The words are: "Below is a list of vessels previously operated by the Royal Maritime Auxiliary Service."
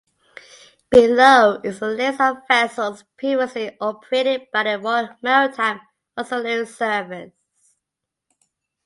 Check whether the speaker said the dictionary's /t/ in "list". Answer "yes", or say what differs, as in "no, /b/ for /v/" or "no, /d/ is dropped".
no, /t/ is dropped